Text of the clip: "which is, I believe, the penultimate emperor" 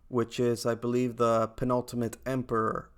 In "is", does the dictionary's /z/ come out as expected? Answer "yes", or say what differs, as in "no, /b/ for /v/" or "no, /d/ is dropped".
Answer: yes